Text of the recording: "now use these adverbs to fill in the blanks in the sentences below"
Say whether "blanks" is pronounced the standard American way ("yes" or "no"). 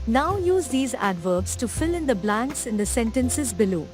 yes